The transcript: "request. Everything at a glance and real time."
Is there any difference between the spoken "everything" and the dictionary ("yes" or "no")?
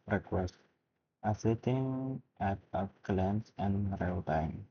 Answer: yes